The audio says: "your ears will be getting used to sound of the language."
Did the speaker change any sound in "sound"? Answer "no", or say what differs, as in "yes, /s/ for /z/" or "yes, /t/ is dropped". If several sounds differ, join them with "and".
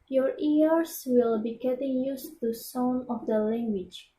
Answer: yes, /d/ is dropped